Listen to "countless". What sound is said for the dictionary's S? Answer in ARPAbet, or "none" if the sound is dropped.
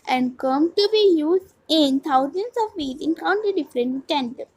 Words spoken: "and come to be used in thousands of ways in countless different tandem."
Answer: none